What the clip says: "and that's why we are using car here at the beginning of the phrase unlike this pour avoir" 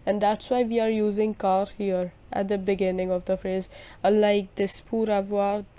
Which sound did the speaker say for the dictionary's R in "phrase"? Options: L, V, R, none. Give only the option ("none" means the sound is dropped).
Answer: R